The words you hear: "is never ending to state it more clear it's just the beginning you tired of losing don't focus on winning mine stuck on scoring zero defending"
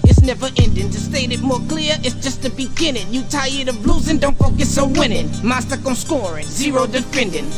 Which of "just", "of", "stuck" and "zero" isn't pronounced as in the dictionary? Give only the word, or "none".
of